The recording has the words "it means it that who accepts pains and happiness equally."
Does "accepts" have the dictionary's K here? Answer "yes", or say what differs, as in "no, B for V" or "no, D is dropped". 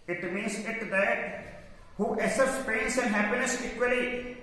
no, K is dropped